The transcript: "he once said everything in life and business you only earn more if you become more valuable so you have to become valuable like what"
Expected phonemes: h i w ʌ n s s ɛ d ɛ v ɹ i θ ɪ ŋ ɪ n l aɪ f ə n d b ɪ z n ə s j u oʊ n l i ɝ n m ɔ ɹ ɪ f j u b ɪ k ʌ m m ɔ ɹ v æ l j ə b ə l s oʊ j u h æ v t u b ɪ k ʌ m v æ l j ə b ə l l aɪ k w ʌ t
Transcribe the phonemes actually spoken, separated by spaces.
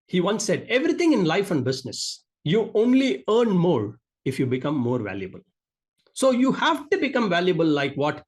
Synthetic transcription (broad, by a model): h i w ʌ n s s ɛ d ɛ v ɹ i t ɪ ŋ ɪ n l aɪ f ə n d b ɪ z n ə s j u oʊ n l i ɝ n m ɔ ɹ ɪ f j u b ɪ k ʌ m m ɔ ɹ v æ l j ə b ə l s oʊ j u h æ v t u b ɪ k ʌ m v æ l j ə b ə l l aɪ k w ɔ t